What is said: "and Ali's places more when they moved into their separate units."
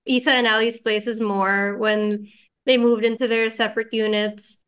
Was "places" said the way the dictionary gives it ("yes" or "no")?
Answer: yes